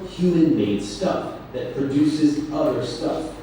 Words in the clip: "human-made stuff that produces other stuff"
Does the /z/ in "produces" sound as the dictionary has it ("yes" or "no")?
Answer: yes